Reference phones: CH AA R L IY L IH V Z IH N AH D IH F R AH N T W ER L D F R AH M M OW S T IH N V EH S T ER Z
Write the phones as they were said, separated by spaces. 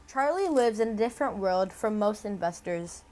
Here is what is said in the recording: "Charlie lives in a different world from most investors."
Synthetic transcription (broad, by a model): CH AA R L IY L IH V Z IH N AH D IH F R AH N T W ER L D F R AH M M OW S T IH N V EH S T ER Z